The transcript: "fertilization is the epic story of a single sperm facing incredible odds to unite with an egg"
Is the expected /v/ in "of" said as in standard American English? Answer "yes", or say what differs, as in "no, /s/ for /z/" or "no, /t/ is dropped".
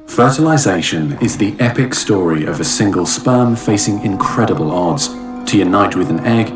yes